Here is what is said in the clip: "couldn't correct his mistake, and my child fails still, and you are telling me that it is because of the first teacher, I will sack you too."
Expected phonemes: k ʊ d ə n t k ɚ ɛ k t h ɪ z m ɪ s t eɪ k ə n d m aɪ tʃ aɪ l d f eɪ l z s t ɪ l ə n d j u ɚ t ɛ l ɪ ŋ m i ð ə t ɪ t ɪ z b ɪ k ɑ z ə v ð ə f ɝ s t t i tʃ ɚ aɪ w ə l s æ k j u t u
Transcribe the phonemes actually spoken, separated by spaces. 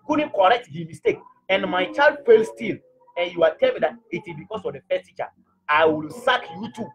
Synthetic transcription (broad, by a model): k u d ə n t k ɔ ɛ k t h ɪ m ɪ s t eɪ k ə n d m aɪ tʃ aɪ l d f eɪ l s t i l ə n j u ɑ t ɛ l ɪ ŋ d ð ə t ɪ t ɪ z b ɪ k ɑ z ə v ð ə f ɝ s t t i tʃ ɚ aɪ w ə l s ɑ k j u t u